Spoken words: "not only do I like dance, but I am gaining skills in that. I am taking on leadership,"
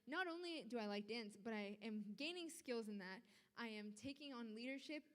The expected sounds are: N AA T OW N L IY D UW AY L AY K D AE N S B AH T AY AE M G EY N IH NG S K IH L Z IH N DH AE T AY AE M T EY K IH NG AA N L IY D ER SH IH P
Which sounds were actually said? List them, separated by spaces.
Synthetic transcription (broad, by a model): N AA T OW N L IY D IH AY L AY K D AE N S B AH T AY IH M G EY N IH NG S K IH L Z IH N DH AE T AY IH M T EY K IH NG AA N L IY D ER SH IH P